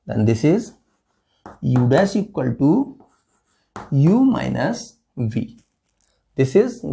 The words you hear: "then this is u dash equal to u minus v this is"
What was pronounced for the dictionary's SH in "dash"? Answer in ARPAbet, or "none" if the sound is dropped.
S